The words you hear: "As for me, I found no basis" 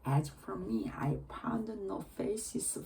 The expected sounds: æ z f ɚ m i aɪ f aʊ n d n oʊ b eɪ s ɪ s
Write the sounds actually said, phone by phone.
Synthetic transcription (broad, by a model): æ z f ɚ m i aɪ p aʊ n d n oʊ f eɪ s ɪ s